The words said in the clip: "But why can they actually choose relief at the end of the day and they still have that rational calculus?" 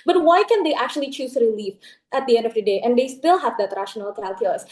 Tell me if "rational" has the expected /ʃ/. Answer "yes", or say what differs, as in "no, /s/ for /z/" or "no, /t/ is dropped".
yes